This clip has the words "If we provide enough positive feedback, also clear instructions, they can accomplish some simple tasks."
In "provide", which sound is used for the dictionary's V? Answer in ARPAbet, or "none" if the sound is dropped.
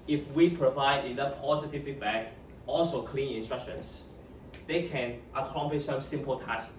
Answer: V